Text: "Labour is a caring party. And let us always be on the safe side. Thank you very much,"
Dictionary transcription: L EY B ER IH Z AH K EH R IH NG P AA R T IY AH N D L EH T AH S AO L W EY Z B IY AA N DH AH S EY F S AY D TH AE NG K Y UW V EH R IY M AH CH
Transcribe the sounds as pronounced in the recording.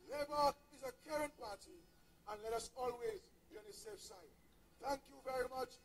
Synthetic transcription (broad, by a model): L EY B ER IH Z AH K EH R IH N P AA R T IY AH N L EH T AH S AO L W EY Z B IY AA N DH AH S EY F S AY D TH AE NG K Y UW V EH R IY M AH CH